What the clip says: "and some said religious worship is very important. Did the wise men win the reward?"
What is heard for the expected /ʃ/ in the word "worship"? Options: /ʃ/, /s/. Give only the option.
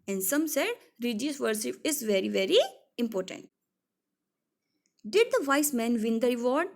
/s/